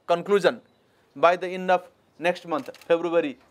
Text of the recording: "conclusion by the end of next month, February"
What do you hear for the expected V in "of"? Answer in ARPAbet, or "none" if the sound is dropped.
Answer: P